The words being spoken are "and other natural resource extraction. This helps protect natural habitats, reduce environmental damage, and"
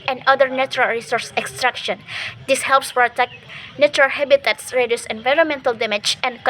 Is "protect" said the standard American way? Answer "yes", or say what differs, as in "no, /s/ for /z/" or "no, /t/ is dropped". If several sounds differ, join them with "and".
no, /f/ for /p/